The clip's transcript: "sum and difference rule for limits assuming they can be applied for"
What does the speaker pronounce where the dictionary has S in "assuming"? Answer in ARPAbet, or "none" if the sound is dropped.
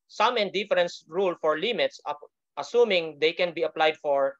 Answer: S